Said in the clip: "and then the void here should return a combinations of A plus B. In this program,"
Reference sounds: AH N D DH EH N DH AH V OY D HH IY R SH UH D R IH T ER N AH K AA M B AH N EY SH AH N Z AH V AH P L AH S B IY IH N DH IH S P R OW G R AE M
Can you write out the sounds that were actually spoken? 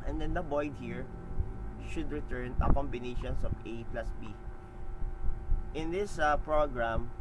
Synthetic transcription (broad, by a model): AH N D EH N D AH B OY D HH IY R SH UH D R IH T ER N AH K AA M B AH N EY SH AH N S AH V AH P L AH S B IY IH N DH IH S P R OW G R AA M